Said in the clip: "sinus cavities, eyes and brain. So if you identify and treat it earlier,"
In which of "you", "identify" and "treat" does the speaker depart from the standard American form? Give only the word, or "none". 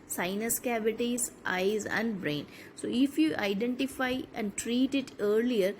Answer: none